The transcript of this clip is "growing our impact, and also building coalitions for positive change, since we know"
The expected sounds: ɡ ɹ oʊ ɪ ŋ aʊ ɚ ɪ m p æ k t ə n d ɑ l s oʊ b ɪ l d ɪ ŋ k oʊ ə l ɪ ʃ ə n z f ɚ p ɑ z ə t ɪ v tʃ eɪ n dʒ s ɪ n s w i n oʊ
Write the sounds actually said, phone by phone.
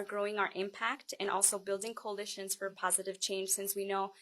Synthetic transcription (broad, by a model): ɡ ɹ oʊ ɪ ŋ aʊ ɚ ɪ m p æ k t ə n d ɑ l s oʊ b ɪ l d ɪ ŋ k oʊ ə l ɪ ʃ ə n z f ɚ p ɑ z ə t ɪ v tʃ eɪ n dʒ s ɪ n s w i n oʊ